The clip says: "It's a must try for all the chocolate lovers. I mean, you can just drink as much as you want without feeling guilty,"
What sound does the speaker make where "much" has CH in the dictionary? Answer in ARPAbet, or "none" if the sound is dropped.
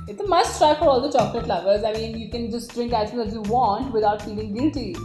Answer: none